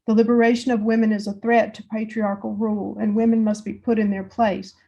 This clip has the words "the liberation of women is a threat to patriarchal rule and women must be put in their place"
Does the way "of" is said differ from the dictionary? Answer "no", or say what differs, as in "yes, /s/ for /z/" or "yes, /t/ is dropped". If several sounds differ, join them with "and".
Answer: no